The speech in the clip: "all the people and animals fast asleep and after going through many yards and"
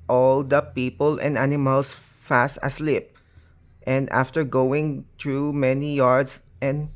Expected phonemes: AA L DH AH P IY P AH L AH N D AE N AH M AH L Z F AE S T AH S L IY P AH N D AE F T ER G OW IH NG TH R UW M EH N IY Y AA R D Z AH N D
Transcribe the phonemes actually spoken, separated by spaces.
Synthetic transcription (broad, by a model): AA L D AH P IY P AH L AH N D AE N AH M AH L S F AE S T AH S L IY P AH N D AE F T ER G OW IH NG T R UW M EH N IY Y AA R D S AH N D